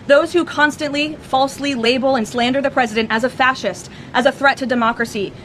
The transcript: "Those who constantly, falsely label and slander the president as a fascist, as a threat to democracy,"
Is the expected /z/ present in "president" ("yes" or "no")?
yes